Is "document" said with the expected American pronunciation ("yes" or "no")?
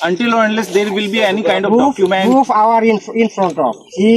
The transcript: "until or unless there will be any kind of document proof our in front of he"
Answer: no